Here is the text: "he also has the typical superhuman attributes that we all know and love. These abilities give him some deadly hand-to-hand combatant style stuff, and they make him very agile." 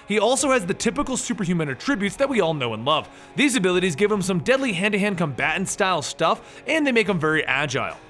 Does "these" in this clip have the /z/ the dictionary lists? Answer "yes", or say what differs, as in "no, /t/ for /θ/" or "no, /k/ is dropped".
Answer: yes